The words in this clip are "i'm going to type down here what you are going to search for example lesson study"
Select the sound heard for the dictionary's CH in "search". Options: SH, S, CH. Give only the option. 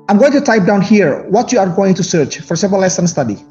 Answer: CH